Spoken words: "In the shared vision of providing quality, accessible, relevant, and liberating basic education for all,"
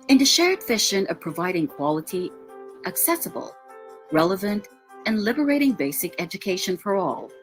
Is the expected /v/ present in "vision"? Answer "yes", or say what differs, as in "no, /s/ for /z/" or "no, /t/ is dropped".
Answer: no, /f/ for /v/